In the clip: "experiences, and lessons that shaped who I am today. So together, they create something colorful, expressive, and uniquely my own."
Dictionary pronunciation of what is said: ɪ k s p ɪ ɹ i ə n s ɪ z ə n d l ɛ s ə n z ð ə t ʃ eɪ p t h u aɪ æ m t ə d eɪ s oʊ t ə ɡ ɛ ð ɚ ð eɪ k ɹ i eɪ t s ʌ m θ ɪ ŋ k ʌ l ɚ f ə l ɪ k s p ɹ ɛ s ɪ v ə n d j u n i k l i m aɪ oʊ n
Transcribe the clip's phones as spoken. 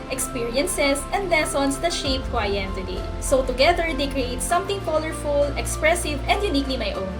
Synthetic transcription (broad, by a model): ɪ k s p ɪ ɹ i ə n s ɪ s ə n d l ɛ s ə n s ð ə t ʃ eɪ p t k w aɪ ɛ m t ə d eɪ s oʊ t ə ɡ ɛ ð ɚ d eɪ k ɹ i eɪ t s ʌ m t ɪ ŋ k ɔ l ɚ f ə l ɪ k s p ɹ ɛ s ɪ v ə n d j u n i k l i m aɪ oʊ n